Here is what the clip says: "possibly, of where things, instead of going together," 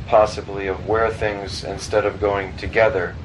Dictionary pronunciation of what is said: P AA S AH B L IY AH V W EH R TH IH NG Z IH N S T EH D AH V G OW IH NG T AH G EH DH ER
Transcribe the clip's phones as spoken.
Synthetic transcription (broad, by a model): P AA S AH B L IY AH V W EH R TH IH NG Z IH N S T EH D AH V G OW IH NG T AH G EH DH ER